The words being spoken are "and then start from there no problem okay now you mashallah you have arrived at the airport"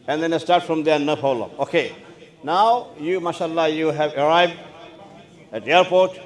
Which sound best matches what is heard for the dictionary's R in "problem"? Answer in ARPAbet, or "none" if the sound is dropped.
none